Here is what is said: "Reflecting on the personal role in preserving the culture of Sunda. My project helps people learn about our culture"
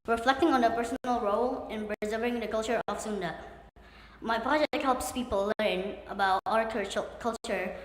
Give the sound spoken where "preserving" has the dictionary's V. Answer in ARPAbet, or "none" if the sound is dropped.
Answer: none